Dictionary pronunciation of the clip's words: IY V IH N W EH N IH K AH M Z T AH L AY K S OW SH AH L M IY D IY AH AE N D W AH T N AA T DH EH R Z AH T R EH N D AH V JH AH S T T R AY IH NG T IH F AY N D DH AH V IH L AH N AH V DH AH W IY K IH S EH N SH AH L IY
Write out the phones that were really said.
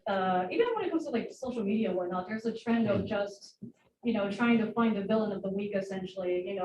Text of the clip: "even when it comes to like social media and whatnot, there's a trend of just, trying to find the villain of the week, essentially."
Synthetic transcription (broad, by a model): IY V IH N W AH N IH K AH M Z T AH L AY K S OW SH L M IY D IY AH W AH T N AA T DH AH R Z AH T R EH N D AH V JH AH S T T R AY IH NG T IH F AY N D DH AH V IH L AH N AH V DH AH W IY K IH S EH N SH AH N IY